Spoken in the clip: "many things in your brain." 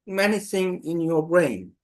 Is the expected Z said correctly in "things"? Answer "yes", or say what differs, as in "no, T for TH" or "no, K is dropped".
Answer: no, Z is dropped